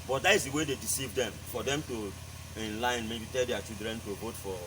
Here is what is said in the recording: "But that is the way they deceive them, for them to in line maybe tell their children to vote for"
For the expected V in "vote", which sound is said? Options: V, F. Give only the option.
V